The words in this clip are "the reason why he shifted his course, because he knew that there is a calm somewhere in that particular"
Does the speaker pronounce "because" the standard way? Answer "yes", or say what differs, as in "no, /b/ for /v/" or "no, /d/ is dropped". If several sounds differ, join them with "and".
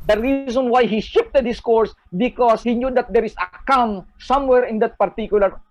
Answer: no, /s/ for /z/